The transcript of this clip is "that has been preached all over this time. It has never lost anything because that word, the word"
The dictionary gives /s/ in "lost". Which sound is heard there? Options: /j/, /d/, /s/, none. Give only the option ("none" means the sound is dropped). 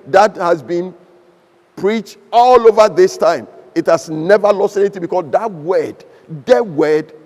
/s/